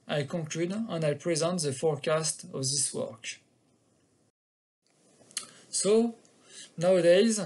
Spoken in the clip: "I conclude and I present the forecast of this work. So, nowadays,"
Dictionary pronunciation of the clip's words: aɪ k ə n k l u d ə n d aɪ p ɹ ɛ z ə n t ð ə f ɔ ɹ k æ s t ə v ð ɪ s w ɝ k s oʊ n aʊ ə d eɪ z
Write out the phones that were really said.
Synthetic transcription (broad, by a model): aɪ k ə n k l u d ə n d aɪ p ɹ ɛ z ə n t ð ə f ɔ ɹ k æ s t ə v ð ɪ s w ɝ k s oʊ n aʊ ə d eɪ z